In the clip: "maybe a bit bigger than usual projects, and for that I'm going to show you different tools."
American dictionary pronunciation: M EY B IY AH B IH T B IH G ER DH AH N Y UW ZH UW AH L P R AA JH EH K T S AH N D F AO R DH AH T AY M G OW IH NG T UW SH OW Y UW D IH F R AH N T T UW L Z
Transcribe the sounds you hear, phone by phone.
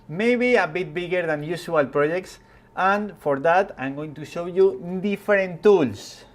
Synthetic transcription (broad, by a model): M EY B IY AH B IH T B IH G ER DH AH N Y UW S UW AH L P R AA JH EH K T S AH N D F AO R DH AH T AY M G OW IH NG T UW SH OW Y UW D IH F R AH N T T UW L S